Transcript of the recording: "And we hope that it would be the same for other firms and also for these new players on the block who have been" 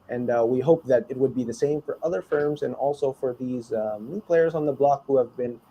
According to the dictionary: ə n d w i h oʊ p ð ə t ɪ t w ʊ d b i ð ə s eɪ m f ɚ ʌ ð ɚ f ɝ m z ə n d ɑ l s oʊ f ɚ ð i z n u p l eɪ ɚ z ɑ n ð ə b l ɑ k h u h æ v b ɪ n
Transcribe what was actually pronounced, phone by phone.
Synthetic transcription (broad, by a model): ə n w i h oʊ p ð ə t ɪ t w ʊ d b i ð ə s eɪ m f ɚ ʌ ð ɚ f ɝ m z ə n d ɑ l s oʊ f ɚ ð i z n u p l eɪ ɚ z n ð ə b l ɑ k h u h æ v b ɪ n